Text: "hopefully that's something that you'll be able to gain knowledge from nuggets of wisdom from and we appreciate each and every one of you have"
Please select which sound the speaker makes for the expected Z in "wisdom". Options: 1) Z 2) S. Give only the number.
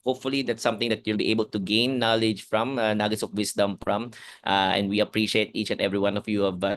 2